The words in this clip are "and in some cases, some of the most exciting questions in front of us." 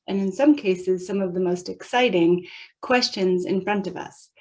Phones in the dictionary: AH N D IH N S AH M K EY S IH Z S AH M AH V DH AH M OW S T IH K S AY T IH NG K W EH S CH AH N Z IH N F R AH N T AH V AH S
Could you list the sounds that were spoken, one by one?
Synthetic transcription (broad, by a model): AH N IH N S AH M K EY S IH Z S AH M AH V DH AH M OW S T IH K S AY T IH NG K W EH S CH AH N Z IH N F R AH N T AH V AH S